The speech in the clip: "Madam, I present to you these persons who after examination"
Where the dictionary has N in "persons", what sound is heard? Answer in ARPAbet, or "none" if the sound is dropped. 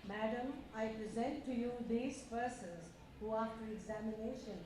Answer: none